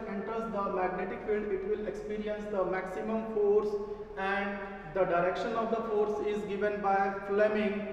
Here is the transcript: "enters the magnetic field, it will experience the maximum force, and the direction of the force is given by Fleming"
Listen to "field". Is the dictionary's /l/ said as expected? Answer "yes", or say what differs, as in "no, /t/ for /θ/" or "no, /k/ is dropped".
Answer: yes